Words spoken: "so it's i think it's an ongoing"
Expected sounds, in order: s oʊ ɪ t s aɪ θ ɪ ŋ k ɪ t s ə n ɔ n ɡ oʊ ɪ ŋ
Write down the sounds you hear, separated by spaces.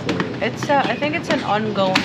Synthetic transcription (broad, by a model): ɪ t s aɪ θ ɪ ŋ k ɪ t s ə n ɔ n ɡ oʊ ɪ